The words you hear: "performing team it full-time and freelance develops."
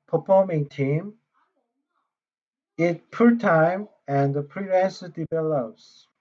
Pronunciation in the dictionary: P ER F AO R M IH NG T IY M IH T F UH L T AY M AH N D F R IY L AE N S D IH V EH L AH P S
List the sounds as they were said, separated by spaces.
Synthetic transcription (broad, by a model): P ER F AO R M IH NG T IY M IH T P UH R T AY M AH N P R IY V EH N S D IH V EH L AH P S